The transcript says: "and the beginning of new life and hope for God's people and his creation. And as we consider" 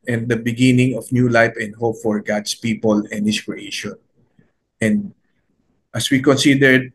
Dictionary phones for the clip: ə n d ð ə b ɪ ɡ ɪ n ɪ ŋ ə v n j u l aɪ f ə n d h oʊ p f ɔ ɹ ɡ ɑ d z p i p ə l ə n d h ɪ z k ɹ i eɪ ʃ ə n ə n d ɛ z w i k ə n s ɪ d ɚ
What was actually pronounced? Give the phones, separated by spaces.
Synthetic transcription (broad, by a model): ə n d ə b ɪ ɡ ɪ n ɪ ŋ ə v n j u l aɪ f ə n d h oʊ p f ɔ ɹ ɡ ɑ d s p i p ə l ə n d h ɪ s k ɹ i eɪ ʃ ə n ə n d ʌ s w i k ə n s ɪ d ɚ